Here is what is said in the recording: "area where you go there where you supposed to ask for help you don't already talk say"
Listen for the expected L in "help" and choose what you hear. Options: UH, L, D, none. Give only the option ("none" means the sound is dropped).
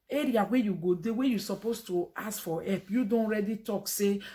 none